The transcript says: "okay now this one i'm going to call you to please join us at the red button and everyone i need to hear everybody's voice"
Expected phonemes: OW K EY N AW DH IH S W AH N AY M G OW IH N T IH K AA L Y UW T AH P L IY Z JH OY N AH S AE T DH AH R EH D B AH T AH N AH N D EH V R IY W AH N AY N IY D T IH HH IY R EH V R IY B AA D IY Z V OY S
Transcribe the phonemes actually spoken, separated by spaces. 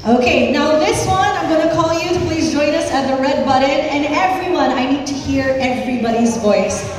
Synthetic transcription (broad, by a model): OW K EY N AW DH IH S W AH N AY M G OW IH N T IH K AA L Y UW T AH P L IY Z JH OY N AH S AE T DH AH R EH D B AH T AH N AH N EH V R IY W AH N AY N IY D T IH HH IY R EH V R IY B AA D IY Z V OY S